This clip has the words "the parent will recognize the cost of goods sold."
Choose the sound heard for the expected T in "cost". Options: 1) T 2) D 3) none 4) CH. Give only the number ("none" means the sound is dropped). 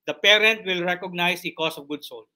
3